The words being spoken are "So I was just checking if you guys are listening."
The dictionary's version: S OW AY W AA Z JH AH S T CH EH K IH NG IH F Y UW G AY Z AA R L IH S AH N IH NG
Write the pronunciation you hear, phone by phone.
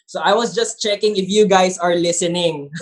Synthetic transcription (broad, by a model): S OW AY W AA S JH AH S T CH EH K IH NG IH F Y UW G AY S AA R L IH S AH N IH NG